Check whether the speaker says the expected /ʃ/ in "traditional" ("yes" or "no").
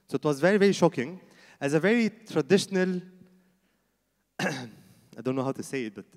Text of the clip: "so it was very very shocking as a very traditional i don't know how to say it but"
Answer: yes